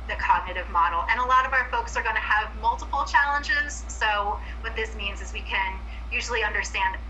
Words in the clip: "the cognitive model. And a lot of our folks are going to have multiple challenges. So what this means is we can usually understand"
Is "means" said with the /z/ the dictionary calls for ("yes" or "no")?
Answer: yes